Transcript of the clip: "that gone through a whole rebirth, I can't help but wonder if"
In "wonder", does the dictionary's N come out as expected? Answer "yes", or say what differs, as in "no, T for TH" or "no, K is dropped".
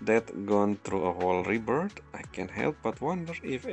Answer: yes